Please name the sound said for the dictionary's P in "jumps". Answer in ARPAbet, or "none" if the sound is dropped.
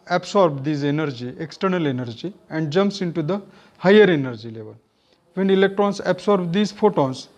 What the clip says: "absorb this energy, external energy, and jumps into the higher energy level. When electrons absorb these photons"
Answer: P